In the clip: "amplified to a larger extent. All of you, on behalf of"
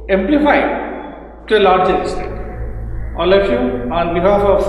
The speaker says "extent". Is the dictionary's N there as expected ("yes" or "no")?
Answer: no